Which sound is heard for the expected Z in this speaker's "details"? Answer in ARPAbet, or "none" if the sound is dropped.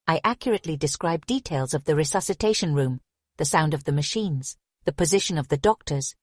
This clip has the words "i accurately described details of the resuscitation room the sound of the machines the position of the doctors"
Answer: Z